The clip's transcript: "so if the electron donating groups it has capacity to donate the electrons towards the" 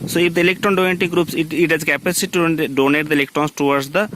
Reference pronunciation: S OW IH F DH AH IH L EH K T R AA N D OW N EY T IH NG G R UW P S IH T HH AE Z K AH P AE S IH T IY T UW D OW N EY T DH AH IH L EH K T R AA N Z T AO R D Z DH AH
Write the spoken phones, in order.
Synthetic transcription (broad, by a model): S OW IH F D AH IH L EH K T R AA N D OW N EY T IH G R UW P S IH T HH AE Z K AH P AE S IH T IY T UW D OW N EY T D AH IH L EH K T R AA N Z T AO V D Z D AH